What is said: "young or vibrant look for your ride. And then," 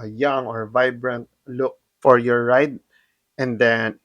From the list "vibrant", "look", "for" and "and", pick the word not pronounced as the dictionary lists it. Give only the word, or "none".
none